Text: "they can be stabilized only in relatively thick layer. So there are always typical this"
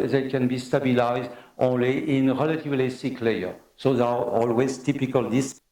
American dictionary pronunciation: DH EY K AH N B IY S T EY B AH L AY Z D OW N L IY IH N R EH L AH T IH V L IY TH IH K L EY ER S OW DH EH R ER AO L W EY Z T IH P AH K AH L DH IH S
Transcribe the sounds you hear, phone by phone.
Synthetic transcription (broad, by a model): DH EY K AH N B IY S T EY B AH L AY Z D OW N L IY IH N R EH L AH T IH V L IY S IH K L EY ER S OW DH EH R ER AO L W EY Z T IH P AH K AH L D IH S